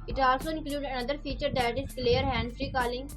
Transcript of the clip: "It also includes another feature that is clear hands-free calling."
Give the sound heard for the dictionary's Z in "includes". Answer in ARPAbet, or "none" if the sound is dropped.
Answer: none